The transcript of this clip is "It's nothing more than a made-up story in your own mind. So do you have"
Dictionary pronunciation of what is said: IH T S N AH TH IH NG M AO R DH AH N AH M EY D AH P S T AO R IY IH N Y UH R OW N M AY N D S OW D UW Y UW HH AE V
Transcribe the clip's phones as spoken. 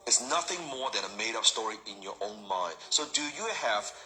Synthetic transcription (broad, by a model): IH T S N AH TH IH NG M AO R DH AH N AH M EY D AH P S T AO R IY IH N Y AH R OW N M AY N D S OW D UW Y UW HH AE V